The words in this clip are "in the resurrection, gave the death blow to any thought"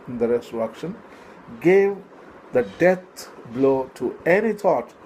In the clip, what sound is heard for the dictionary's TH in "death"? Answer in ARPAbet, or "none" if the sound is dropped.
T